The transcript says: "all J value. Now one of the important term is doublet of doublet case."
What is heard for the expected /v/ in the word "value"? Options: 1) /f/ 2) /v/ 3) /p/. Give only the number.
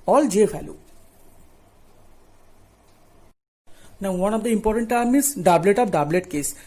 1